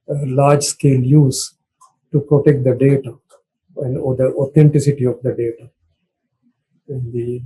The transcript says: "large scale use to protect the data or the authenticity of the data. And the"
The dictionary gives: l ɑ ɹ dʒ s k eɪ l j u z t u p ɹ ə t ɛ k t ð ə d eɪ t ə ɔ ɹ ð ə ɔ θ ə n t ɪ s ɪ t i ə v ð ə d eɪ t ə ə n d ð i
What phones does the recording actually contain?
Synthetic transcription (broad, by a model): l ɑ ɹ dʒ s k eɪ l j u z t u p ɹ ə t ɛ k t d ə d eɪ t ə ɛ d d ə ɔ t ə n t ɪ s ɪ t i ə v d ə d eɪ t ə ə n d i